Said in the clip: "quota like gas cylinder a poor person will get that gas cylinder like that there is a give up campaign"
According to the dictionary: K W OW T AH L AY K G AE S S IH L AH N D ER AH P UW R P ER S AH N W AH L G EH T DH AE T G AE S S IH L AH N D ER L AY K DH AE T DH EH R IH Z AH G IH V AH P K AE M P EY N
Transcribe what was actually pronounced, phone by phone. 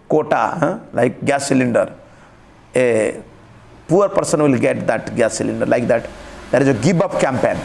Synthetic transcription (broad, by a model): K OW T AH L AY K G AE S S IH L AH N D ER AH P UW R P ER S AH N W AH L G EH T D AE T G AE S S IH L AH N D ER L AY K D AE T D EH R IH Z AH G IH B AH P K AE M P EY N